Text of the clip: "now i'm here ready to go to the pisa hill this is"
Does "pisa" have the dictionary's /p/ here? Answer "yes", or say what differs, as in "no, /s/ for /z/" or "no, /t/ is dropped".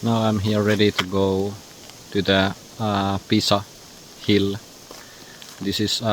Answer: yes